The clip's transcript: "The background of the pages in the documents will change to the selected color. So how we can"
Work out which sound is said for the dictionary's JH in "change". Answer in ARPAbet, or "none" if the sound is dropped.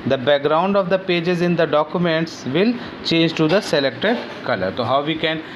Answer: JH